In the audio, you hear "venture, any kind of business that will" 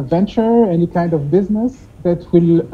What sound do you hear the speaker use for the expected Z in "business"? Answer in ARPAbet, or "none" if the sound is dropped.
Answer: Z